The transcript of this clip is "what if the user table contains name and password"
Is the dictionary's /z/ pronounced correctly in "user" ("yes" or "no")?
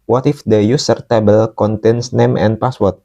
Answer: no